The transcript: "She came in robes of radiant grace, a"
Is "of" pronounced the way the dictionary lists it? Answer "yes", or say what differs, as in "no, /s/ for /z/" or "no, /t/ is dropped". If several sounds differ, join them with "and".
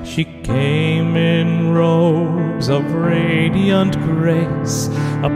yes